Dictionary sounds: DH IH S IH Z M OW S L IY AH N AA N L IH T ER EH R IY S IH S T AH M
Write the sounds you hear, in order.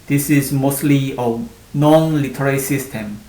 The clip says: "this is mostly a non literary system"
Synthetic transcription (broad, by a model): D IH S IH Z M OW S L IY AH N AA N L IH T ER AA L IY S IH S T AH M